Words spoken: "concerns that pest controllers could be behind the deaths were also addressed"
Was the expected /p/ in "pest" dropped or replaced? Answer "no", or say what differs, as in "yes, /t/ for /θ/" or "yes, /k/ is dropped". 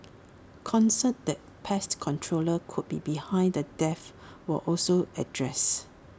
no